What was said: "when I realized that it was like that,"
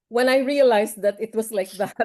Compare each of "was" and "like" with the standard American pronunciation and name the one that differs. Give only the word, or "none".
was